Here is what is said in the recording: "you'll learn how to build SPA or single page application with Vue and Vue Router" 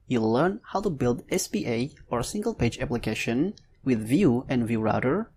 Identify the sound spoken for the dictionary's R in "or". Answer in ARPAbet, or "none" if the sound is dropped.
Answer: R